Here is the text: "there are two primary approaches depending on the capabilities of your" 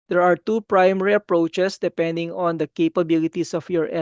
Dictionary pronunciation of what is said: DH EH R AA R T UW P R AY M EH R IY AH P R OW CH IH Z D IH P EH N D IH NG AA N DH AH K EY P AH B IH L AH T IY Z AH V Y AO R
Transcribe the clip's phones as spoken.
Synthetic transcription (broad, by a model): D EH R AA R T UW P R AY M EH R IY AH P R OW CH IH S D IH P EH N D IH NG AA N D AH K EY P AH B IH L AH T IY S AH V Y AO R